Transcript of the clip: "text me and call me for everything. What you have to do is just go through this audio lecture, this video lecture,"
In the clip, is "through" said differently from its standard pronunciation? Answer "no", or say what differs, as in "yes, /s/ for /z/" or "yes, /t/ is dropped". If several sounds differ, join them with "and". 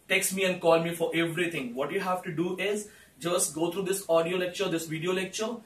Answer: yes, /t/ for /θ/